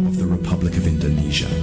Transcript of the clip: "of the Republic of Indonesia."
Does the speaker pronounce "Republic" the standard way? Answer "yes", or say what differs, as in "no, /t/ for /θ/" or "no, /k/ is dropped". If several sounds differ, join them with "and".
yes